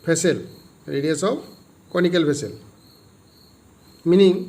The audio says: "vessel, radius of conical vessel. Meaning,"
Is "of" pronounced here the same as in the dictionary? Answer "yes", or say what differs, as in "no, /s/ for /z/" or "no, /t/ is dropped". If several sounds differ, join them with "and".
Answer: no, /p/ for /v/